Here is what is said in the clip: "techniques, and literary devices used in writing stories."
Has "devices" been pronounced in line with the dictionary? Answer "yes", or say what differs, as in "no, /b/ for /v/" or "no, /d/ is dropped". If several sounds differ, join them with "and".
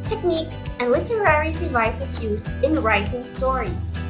no, /s/ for /z/